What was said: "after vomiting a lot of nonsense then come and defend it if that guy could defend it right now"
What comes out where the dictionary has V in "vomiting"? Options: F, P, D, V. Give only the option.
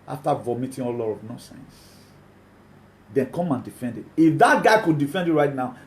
V